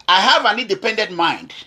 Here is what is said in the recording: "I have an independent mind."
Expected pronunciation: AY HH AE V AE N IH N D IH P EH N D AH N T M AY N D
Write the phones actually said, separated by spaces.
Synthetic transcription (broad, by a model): AY HH AE V AE N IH N D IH P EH N D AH N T M AY N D